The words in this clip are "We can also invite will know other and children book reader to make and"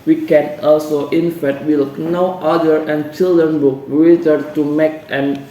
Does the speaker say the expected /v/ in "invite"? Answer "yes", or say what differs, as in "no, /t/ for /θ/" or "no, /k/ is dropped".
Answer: no, /f/ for /v/